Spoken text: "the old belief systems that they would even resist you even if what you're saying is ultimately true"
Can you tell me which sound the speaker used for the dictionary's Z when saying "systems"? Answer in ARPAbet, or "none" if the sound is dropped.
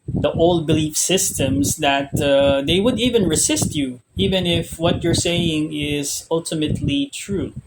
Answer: S